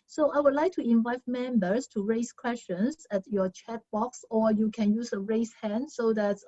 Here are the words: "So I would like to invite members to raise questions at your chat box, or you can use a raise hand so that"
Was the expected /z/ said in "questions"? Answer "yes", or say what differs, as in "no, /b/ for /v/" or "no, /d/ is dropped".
no, /s/ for /z/